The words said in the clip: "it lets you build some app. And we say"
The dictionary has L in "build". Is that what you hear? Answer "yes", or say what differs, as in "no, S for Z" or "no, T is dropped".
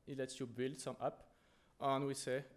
yes